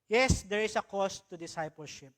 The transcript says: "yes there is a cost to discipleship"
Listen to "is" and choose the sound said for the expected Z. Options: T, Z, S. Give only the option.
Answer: S